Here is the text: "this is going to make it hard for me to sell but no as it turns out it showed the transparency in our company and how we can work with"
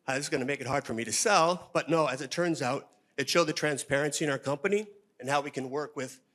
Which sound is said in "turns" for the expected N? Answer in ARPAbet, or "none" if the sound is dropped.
N